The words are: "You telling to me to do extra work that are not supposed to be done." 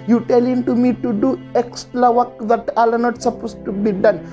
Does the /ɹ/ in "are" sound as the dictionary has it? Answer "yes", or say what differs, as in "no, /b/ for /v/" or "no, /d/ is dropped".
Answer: no, /l/ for /ɹ/